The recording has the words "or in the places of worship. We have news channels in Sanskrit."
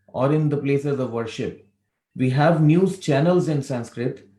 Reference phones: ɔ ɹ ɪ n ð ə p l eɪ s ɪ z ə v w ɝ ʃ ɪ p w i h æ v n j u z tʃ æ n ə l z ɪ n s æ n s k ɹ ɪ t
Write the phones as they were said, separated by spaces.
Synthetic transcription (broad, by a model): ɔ ɹ ɪ n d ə p l eɪ s ɪ z ə v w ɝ ʃ ɪ p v i h æ v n j u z tʃ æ n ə l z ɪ n s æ n s k ɹ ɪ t